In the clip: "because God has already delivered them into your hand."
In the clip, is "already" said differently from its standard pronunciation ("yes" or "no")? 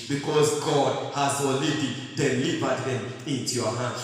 yes